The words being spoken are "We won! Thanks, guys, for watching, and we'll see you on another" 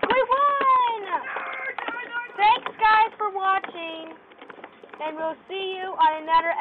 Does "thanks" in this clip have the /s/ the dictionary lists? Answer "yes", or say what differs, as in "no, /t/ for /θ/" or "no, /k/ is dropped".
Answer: yes